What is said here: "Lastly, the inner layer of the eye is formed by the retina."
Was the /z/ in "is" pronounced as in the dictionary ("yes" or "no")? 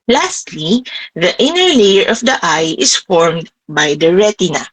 no